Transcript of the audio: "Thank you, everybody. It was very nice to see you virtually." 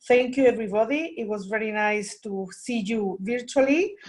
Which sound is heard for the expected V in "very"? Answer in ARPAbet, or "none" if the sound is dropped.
V